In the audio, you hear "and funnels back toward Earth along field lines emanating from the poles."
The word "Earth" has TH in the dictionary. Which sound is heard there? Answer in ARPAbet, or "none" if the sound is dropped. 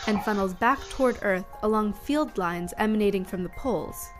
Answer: TH